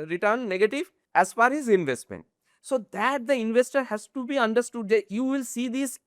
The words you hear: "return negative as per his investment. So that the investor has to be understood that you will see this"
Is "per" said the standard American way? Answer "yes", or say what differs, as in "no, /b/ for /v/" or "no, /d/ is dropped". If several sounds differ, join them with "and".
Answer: no, /f/ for /p/